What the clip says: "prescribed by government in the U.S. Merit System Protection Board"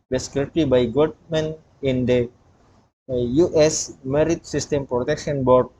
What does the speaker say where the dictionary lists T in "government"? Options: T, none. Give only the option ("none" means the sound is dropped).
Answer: none